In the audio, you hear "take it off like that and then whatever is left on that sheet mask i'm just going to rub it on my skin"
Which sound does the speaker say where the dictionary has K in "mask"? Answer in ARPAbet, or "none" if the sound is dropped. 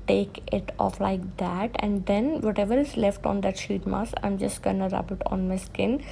none